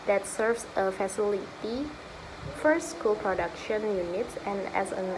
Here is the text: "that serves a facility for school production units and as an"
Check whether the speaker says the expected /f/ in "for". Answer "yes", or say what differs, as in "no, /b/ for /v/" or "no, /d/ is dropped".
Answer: yes